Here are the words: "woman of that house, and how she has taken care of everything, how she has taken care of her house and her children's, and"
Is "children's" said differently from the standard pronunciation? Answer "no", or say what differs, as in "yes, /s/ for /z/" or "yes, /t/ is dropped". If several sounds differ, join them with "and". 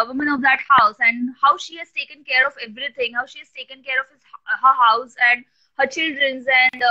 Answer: no